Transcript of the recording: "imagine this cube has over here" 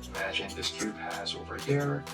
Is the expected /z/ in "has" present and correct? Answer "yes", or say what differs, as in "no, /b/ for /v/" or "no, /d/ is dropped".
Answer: yes